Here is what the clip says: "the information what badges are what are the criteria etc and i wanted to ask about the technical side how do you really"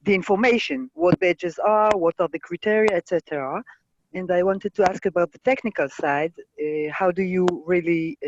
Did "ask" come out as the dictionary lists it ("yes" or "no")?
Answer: yes